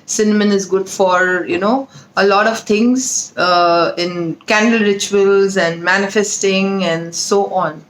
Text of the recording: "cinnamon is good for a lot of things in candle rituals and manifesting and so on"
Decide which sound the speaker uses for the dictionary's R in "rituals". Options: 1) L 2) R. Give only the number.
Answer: 2